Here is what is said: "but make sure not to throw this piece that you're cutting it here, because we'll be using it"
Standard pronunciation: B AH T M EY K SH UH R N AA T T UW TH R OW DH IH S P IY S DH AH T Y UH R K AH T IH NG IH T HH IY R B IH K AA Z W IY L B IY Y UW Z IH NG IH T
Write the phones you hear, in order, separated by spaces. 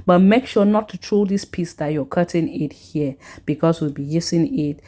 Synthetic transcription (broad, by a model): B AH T M EY K SH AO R N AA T T UW T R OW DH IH S P IY S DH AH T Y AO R K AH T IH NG IH T HH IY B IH K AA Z W IY L B IY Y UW S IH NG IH T